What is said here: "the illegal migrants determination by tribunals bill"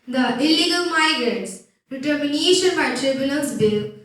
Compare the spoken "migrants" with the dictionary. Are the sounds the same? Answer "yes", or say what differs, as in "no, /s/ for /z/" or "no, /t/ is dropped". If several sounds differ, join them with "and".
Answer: yes